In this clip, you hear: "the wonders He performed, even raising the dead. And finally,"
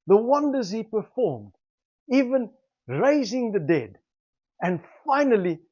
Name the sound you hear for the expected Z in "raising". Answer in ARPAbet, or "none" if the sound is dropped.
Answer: Z